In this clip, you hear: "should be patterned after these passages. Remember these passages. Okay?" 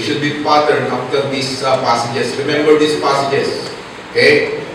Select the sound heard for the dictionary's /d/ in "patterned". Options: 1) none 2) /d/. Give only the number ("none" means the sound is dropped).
1